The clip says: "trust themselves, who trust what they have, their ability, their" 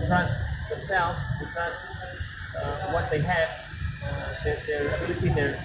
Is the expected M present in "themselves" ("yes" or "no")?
yes